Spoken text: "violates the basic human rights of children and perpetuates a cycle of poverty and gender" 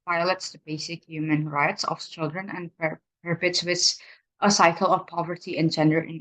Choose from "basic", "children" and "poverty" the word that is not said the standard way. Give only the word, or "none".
none